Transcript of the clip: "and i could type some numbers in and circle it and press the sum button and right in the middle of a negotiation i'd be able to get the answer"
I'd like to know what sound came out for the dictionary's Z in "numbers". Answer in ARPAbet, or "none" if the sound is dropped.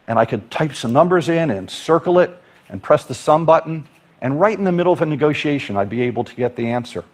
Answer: Z